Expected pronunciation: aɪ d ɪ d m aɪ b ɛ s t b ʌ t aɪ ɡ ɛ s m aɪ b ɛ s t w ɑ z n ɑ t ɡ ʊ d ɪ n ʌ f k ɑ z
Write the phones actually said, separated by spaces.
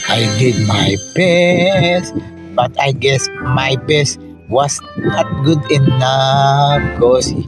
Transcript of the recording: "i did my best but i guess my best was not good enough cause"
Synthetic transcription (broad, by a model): aɪ d ɪ d m aɪ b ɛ s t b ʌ t aɪ ɡ ɛ s m aɪ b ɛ s t w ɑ s n ɑ t ɡ ʊ d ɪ n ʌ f k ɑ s